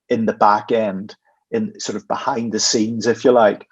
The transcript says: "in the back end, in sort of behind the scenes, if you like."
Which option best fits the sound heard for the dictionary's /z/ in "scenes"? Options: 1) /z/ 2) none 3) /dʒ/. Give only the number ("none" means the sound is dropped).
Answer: 1